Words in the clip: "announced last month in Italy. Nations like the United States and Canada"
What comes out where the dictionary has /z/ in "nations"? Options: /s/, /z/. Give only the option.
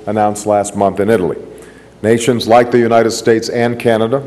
/z/